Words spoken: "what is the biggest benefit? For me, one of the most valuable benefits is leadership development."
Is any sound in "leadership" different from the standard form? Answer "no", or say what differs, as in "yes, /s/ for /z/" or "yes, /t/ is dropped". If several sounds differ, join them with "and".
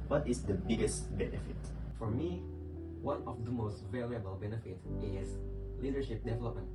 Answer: no